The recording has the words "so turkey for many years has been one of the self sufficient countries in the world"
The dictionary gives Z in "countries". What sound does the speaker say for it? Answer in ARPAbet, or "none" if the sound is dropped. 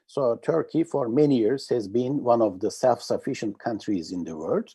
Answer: Z